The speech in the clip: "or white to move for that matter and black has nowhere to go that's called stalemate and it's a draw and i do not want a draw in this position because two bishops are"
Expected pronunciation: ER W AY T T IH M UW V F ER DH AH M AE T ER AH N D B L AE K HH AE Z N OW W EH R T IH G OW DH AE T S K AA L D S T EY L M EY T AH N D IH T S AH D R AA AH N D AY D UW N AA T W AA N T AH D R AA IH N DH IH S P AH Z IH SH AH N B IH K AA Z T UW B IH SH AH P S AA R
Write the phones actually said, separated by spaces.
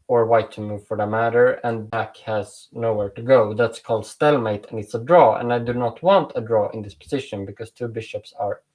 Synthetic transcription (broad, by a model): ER W AY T T IH M UW V F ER DH AH M AE T ER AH N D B AE K HH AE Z N OW W EH R T IH G OW DH AE T S K AA L D S T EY L M EY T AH N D IH T S AH D R AA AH N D AY D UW N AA T W AA N T AH D R AA IH N DH IH S P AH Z IH SH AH N B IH K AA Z T UW B IH SH AH P S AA R